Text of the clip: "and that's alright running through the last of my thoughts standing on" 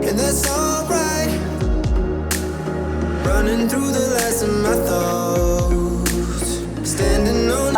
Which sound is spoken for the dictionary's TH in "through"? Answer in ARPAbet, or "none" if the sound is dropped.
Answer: TH